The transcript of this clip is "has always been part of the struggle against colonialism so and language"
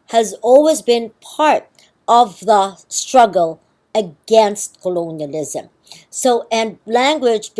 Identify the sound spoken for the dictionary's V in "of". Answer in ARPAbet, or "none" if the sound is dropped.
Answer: V